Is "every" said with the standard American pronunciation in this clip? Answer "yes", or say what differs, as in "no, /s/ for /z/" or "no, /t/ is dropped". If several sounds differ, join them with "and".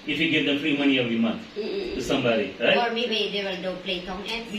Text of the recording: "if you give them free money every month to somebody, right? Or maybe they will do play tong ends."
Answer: no, /ɹ/ is dropped